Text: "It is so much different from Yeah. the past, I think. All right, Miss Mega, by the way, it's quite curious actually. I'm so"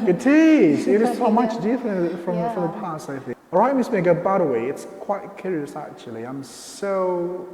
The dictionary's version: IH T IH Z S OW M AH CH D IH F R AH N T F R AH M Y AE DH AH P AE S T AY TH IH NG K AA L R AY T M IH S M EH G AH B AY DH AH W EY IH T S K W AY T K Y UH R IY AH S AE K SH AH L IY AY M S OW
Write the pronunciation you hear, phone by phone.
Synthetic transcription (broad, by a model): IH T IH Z S OW M AH CH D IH F R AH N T F R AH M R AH DH AH P AE S T AY TH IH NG AA L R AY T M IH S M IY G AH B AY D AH W EY IH T S K W AY T K Y UH R IY AH S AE K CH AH L IY AY M S OW